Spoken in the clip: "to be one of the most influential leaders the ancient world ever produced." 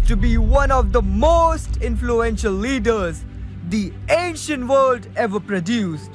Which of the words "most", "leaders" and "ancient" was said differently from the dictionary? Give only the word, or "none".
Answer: none